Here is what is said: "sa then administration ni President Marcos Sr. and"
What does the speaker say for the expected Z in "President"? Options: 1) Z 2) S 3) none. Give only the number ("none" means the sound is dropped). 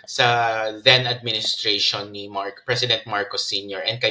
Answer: 2